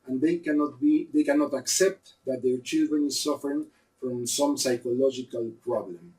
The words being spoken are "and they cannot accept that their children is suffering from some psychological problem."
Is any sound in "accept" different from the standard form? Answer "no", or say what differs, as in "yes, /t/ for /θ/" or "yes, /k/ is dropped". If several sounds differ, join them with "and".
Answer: no